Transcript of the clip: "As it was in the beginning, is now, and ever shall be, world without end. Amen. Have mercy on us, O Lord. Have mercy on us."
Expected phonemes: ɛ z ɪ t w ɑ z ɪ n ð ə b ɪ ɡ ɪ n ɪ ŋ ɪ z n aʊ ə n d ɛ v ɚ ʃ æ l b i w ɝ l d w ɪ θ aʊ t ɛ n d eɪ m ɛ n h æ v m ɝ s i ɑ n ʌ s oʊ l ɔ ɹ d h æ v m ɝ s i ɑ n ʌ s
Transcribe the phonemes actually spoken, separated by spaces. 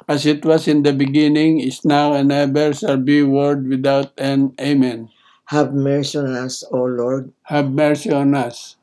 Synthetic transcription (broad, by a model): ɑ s ɪ t w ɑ s ɪ n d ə b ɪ ɡ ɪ n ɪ ŋ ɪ s n aʊ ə n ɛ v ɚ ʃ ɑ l b i w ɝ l d w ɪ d aʊ t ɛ n eɪ m ɛ n h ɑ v m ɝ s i ɑ n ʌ s oʊ l ɔ ɹ d h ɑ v m ɝ s i ɑ n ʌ s